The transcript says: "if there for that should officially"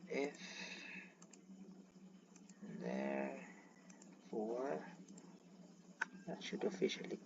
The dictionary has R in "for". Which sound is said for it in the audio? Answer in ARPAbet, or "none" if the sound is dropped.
W